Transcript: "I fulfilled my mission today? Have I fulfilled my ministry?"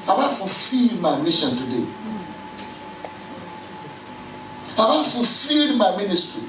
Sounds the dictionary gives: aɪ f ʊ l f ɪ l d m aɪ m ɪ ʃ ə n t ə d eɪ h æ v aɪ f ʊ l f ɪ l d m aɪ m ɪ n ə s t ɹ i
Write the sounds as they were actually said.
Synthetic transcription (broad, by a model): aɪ f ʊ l f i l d m aɪ m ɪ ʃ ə n t ə d eɪ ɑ b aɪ f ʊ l f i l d m aɪ m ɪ n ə s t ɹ i